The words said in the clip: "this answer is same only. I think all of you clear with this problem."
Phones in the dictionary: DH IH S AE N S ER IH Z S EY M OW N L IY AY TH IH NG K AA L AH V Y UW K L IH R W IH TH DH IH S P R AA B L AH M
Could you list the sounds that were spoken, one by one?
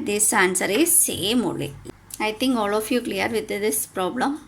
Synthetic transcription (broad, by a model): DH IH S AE N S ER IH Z S EY M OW L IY AY T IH NG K AA L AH F Y UW K L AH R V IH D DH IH S P R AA B L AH M